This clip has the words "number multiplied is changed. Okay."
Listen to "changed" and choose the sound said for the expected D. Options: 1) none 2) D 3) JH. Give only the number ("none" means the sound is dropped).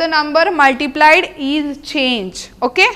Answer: 1